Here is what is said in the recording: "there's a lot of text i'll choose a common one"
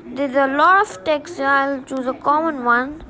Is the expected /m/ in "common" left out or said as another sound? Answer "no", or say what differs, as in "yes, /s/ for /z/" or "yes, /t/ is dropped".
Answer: no